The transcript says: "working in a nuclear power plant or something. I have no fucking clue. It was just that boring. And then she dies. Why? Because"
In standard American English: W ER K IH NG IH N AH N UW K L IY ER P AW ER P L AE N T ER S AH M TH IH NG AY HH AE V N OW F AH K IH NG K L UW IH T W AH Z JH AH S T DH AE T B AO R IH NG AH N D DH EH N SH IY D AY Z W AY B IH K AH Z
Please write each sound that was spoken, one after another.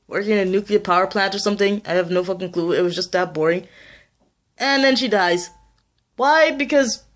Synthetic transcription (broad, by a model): W ER K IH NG IH N AH N UW K L IY ER P AW ER P L AE N T ER S AH M TH IH NG AY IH V N OW F AH K IH NG K L UW IH T W AH Z JH AH S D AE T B AO R IH NG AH N DH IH N SH IY D AY Z W AY B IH K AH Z